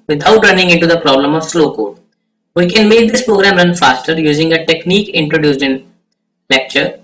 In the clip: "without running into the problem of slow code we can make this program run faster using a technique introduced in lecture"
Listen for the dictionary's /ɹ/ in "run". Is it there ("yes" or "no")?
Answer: yes